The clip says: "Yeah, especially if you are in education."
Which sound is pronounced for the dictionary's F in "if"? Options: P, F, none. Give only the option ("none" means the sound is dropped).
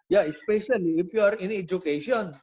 P